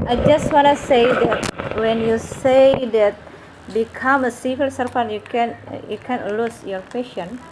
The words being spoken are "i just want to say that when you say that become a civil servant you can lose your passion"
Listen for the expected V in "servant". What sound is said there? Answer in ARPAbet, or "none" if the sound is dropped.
P